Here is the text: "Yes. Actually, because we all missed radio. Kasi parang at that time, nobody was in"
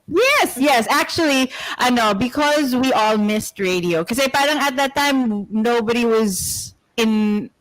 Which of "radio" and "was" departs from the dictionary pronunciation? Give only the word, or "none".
none